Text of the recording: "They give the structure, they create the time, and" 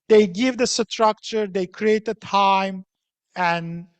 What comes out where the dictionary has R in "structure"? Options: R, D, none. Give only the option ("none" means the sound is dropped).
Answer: R